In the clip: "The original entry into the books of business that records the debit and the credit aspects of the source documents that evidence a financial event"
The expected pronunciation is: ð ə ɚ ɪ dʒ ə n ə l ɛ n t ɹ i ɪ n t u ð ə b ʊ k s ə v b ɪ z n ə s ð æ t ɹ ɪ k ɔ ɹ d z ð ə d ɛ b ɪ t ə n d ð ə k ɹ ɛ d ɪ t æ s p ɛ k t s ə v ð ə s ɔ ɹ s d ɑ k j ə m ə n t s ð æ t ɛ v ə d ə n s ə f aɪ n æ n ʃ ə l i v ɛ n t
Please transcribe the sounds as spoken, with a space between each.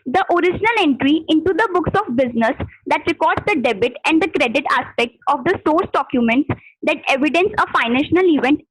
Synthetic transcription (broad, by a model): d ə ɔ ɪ dʒ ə n ə l ɛ n t ɹ i ɪ n t u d ə b ʊ k s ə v b ɪ z n ə s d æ t ɹ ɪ k ɔ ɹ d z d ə d ɛ b ɪ t ə n d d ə k ɹ ɛ d ɪ t æ s p ɛ k t s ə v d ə s ɔ ɹ s d ɑ k j ə m ə n t s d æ t ɛ v ə d ə n s ə f aɪ n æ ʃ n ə l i v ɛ n t